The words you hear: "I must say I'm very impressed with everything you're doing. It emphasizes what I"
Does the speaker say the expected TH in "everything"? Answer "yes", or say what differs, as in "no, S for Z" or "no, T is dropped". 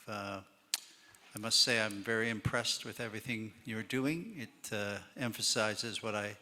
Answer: yes